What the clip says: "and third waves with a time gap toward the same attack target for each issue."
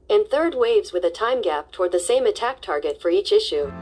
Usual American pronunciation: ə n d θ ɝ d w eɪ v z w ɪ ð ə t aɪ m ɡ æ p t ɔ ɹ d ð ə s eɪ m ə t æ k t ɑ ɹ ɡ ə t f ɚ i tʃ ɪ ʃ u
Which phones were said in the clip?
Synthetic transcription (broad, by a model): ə n θ ɝ d w eɪ v z w ɪ ð ə t aɪ m ɡ æ p t ɔ ɹ d ð ə s eɪ m ə t æ k t ɑ ɹ ɡ ə t f ɚ i tʃ ɪ ʃ u